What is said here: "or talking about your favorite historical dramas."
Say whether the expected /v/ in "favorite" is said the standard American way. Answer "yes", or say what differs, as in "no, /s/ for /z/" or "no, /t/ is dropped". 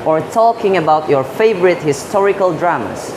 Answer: yes